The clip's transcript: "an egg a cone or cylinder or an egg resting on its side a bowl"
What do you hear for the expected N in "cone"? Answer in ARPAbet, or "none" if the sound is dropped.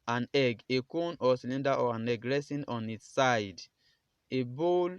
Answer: N